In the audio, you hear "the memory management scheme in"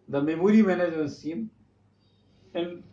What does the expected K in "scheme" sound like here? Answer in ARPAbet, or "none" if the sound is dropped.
none